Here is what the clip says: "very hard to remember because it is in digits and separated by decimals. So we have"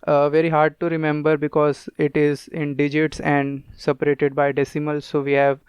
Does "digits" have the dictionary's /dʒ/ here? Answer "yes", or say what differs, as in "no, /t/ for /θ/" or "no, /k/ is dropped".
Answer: yes